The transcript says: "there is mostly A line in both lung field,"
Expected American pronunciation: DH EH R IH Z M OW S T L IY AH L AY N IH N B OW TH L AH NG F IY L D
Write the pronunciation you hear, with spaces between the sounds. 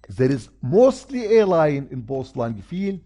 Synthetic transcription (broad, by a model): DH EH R IH Z M OW S T L IY AH L AY N IH N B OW S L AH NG F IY L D